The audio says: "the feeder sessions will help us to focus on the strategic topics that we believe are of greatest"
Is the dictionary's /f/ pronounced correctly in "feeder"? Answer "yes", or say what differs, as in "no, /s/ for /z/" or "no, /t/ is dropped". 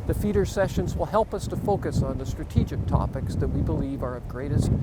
yes